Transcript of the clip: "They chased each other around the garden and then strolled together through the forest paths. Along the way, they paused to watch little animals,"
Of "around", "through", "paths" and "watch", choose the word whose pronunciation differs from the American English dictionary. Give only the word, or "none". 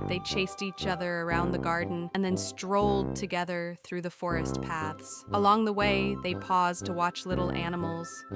none